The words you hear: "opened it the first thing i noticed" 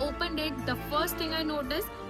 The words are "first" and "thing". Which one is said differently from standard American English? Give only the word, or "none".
thing